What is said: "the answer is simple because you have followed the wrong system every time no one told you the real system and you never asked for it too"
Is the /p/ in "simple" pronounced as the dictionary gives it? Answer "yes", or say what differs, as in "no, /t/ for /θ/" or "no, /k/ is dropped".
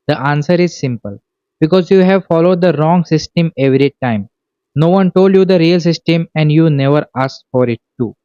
yes